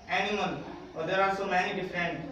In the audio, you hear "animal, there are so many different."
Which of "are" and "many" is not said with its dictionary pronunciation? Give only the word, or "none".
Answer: are